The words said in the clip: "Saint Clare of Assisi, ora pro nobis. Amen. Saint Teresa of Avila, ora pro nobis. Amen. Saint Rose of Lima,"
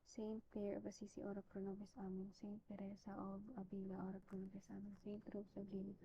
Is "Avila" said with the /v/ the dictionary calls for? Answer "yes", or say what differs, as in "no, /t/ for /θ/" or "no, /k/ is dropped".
no, /b/ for /v/